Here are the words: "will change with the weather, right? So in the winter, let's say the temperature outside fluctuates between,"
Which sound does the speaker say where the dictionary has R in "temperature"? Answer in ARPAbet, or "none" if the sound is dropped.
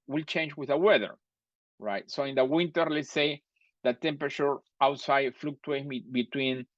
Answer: R